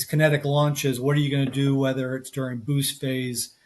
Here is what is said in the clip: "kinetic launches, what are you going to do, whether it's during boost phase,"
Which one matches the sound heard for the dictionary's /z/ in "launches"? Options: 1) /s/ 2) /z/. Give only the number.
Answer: 2